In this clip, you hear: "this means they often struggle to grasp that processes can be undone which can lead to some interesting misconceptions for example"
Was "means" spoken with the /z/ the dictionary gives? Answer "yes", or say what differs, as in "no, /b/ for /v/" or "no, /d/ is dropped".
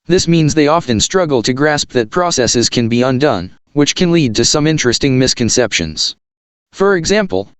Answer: yes